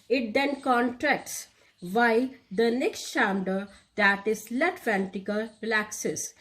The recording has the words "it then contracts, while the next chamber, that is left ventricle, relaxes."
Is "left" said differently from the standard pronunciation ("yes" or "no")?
yes